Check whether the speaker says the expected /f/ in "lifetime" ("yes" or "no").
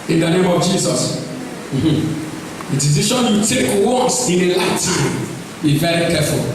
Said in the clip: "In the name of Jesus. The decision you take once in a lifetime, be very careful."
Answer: no